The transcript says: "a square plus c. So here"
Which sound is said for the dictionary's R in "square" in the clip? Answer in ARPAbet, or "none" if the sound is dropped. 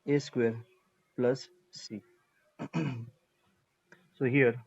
R